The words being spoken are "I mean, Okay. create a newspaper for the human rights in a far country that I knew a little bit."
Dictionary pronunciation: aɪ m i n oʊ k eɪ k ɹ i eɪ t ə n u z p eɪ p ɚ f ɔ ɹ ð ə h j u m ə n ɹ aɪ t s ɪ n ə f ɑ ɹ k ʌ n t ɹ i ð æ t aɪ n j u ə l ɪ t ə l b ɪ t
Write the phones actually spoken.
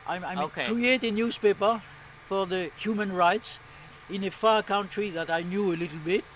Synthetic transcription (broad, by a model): aɪ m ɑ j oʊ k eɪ k ɹ i eɪ t ə n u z p eɪ p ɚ f ɔ ɹ ð ə h j u m ə n ɹ aɪ t s ɪ n ə f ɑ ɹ k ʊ n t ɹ i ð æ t aɪ n j u ə l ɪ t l b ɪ t